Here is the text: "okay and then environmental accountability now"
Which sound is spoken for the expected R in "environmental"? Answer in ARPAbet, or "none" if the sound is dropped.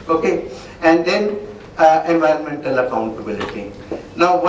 R